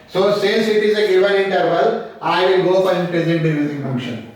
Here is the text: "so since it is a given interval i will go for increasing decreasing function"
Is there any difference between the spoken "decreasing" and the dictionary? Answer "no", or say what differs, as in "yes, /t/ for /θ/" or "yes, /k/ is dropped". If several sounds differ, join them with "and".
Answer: yes, /k/ is dropped